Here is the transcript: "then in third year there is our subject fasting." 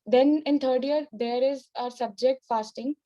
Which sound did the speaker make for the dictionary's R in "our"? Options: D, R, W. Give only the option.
R